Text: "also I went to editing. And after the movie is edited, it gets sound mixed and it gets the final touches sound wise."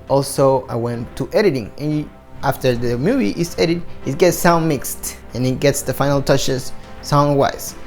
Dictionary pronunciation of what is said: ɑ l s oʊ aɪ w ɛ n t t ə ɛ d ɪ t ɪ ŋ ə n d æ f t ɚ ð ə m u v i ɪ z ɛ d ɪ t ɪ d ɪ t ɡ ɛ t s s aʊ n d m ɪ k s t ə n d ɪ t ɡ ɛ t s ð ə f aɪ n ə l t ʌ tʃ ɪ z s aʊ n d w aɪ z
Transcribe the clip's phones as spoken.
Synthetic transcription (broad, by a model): ɑ l s oʊ aɪ w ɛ n t t ɛ d ɪ t ɪ ŋ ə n æ f t ɚ ð ə m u v i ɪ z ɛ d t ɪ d ɪ t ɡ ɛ t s s aʊ n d m ɪ k s t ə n ɪ t ɡ ɛ t s ð ə f aɪ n l t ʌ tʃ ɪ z s aʊ n d w aɪ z